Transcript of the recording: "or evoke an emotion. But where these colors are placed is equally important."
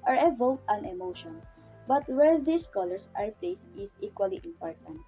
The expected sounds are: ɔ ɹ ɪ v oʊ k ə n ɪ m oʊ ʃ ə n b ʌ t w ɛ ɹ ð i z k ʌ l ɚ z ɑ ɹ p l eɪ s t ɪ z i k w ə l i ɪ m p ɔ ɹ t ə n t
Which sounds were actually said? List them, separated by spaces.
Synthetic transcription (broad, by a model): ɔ ɹ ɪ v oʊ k ə n ɪ m oʊ ʃ ə n b ʌ t w ɛ ɹ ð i s k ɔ l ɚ s ɑ ɹ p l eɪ s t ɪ s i k w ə l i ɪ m p ɔ ɹ t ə n t